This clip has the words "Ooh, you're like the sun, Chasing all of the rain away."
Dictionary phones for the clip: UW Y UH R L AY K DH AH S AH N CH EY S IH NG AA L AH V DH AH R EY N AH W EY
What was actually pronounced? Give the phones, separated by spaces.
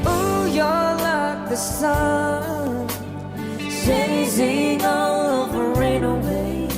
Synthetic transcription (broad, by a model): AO Y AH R L AY K DH AH S AH N S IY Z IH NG AA L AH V DH AH R EY N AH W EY